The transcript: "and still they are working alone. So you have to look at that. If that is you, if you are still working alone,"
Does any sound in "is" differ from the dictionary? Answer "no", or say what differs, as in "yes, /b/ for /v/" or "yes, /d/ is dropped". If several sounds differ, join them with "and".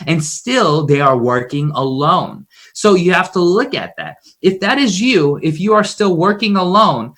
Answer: no